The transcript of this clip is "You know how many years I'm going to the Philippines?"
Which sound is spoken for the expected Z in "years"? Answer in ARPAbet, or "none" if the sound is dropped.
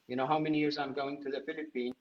Z